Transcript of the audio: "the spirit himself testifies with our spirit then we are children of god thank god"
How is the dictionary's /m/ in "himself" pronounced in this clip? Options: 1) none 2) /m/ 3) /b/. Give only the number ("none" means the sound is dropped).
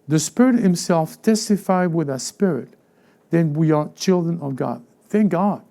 2